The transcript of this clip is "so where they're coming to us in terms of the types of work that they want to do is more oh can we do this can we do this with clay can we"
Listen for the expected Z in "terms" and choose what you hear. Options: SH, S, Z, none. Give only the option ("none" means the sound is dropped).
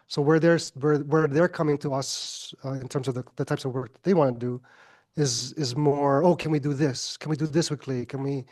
Z